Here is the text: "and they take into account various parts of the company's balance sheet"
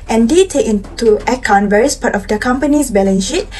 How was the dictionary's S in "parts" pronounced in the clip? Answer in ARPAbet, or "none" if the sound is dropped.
none